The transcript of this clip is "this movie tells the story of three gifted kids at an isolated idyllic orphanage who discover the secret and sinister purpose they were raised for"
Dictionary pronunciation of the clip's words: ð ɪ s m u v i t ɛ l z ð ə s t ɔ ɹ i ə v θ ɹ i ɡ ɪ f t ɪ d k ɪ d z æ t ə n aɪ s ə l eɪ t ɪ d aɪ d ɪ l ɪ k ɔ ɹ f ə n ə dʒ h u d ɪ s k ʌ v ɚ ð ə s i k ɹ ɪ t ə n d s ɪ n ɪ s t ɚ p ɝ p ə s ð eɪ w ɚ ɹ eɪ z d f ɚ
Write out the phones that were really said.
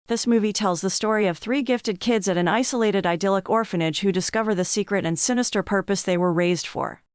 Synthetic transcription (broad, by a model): ð ɪ s m u v i t ɛ l z ð ə s t ɔ ɹ i ə v θ ɹ i ɡ ɪ f t ɪ d k ɪ d z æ t ə n aɪ s ə l eɪ t ɪ d aɪ d ɪ l ɪ k ɔ ɹ f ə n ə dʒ h u d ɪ s k ʌ v ɚ ð ə s i k ɹ ɪ t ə n s ɪ n ɪ s t ɚ p ɝ p ə s ð eɪ w ɚ ɹ eɪ z d f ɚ